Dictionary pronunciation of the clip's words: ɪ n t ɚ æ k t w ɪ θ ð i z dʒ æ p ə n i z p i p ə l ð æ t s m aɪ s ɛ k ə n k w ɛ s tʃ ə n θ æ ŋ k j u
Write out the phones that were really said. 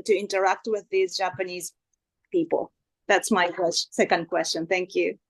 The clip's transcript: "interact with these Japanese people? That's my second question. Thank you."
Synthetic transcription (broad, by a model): ɪ n t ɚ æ k t w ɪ ð i z dʒ æ p ə n i z p i p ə l ð æ t s m aɪ s ɛ k ə n k w ɛ s tʃ ə n θ æ ŋ k j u